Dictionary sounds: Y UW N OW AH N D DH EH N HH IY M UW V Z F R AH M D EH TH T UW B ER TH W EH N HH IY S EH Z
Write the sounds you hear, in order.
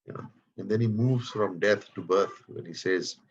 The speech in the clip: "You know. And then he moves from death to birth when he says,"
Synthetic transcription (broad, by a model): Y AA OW AH N D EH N HH IY M UW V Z F R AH M D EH T T UW B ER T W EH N HH IY S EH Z